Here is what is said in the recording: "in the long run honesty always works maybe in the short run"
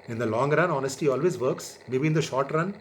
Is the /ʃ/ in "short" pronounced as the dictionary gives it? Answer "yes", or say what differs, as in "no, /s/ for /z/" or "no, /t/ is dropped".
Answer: yes